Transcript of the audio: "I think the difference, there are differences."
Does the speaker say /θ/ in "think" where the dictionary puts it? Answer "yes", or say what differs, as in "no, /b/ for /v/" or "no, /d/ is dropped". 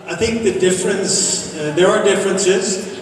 yes